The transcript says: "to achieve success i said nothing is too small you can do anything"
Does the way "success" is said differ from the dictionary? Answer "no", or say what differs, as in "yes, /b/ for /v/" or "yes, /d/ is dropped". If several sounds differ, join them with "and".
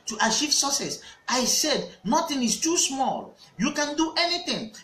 yes, /k/ is dropped